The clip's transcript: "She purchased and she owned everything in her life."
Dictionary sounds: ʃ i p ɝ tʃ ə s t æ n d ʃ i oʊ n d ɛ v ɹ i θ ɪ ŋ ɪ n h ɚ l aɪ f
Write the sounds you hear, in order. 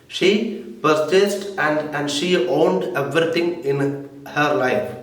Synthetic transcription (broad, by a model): ʃ i p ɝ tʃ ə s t æ n d ʃ i oʊ n d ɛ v ɹ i t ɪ ŋ ɪ n h ɚ l aɪ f